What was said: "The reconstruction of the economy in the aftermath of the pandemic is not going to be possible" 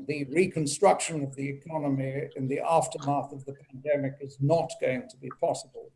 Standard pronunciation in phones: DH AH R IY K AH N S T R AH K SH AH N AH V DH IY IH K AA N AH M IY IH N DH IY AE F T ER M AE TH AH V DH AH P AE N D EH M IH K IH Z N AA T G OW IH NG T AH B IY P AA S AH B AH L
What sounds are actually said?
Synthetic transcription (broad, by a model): DH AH R IY K AH N S T R AH K SH AH N AH V DH IY IH K AA N AH M IY IH N DH IY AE F T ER M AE TH AH V DH AH P AE N D EH M IH K IH Z N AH T G OW IH NG T AH B IY P AA S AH B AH L